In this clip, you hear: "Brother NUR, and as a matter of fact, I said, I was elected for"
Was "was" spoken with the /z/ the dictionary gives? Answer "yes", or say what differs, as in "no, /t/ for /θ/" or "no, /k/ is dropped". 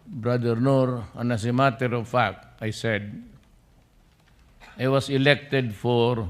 no, /s/ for /z/